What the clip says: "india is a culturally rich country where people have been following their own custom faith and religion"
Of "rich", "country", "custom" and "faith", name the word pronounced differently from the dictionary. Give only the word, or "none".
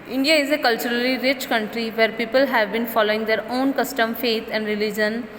faith